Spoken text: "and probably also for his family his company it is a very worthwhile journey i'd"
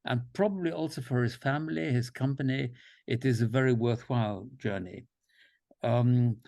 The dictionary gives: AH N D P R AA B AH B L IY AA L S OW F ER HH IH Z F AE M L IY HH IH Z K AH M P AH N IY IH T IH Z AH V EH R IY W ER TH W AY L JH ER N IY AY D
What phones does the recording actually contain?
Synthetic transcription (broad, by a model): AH N P R AA B AH B L IY AA L S OW F ER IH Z F AE M L IY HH IH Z K AH M P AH N IY IH T IH Z AH V EH R IY W ER TH W AY L JH ER N IY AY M